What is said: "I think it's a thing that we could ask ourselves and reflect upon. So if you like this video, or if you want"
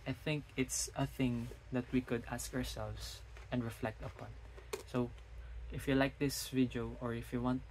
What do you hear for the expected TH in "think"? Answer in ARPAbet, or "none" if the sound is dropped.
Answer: TH